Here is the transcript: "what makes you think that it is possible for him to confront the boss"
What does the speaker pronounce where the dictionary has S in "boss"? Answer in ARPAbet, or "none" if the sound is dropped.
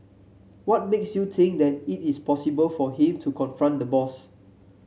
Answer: S